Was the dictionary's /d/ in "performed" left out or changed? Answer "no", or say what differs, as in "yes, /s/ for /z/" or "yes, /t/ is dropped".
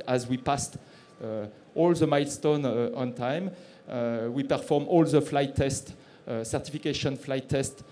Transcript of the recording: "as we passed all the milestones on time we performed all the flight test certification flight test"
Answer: yes, /d/ is dropped